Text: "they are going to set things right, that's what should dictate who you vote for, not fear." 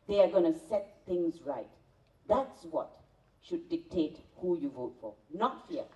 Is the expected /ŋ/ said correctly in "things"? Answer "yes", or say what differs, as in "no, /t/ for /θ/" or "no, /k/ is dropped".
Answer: yes